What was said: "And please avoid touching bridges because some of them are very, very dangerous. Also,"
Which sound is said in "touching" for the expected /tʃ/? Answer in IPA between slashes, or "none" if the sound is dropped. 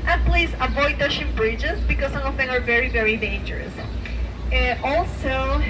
/ʃ/